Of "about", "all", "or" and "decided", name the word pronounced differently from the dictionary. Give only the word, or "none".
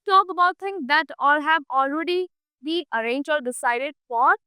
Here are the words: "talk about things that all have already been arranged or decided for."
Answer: or